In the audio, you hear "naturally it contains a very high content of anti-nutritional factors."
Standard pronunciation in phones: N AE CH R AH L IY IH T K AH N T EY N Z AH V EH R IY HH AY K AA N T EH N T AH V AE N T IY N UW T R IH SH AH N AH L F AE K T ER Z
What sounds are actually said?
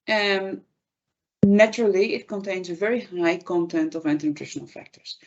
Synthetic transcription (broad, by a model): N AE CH R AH L IY IH T K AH N T EY N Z AH V EH R IY HH AY K AA N T EH N T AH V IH N T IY N UW T R IH SH AH N AH L F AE K T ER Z